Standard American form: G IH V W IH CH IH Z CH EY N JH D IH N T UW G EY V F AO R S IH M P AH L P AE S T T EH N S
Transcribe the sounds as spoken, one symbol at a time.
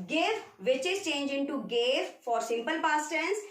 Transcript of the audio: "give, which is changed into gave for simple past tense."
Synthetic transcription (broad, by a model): G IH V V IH CH IH Z CH EY N JH IH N T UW G EY V F AO R S IH M P AH L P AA S T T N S